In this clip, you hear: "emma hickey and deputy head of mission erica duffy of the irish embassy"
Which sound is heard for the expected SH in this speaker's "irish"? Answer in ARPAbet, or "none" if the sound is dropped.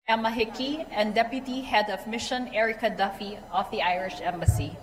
SH